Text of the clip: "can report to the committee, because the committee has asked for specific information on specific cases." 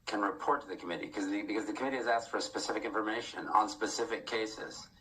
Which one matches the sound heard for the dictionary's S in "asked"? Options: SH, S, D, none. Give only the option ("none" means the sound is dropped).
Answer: S